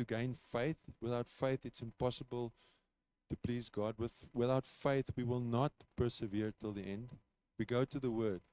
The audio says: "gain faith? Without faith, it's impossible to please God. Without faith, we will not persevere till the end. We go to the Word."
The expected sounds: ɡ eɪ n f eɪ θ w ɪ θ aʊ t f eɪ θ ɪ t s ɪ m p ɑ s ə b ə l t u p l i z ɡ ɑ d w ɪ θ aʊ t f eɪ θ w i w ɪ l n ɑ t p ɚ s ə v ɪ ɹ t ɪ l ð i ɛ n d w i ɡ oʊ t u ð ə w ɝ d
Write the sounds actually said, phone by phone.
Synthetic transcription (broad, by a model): ɡ eɪ n f eɪ θ w ɪ θ aʊ t f eɪ θ ɪ t s ɪ m p ɑ s ə b ə l t u p l i z ɡ ɑ d w ɪ θ aʊ t f eɪ θ w i w ɪ l n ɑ t p ɚ s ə v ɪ ɹ t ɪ l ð i ɛ n d w i ɡ oʊ t u ð ə w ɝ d